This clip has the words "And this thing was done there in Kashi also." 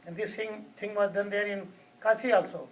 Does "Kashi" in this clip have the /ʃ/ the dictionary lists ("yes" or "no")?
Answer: no